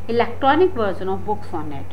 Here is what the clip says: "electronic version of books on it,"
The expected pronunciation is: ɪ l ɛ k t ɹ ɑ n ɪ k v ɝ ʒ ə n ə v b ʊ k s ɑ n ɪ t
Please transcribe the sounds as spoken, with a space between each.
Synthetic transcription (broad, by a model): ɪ l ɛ k t ɹ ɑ n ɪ k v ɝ z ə n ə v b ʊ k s ɑ n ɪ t